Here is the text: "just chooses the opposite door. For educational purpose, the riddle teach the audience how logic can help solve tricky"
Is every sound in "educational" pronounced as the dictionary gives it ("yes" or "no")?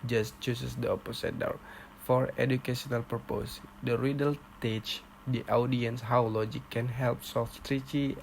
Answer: no